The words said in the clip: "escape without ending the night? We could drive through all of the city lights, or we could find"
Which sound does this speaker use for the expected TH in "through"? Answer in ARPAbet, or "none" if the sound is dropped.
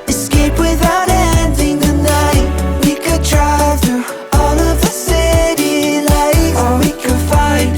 T